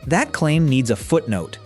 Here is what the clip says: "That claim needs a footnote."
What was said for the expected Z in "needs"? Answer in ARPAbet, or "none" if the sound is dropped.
Z